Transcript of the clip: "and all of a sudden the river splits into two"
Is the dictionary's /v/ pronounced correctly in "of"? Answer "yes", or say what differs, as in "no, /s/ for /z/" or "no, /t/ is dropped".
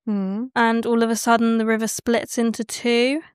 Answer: yes